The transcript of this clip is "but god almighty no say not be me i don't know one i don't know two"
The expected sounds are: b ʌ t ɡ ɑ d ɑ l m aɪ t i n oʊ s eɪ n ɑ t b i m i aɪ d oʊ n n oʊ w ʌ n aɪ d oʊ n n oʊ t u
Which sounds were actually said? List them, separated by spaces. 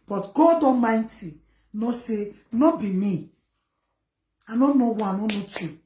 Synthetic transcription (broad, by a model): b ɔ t ɡ ɑ d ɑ m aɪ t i n oʊ s eɪ n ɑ b i m i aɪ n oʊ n n oʊ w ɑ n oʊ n n oʊ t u